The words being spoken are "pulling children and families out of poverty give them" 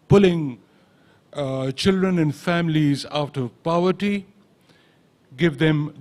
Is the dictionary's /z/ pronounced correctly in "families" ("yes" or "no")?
yes